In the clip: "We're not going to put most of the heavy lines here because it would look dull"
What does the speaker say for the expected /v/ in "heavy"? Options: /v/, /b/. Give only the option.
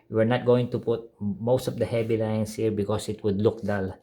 /b/